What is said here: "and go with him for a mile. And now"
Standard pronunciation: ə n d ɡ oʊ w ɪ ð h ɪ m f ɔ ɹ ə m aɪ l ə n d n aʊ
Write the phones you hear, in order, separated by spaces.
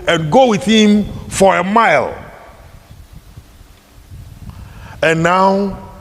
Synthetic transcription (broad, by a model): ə n ɡ oʊ w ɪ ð h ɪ m f ɔ ɹ ə m aɪ l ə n n aʊ